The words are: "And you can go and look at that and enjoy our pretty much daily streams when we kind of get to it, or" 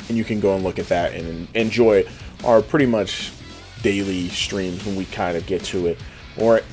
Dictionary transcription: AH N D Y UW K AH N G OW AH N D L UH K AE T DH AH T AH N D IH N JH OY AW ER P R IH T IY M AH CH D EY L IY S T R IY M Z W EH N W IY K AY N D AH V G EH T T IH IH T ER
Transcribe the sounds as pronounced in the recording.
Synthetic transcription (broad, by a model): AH N Y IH K AH N G OW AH N L UH K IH T DH AH T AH N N IH N JH OY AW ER P R IH T IY M AH CH D EY L IY S T R IY M Z W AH N W IY K AY N D AH V G EH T T IH IH T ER